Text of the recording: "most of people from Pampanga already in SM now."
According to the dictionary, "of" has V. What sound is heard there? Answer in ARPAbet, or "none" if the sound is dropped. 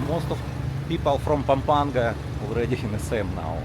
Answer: F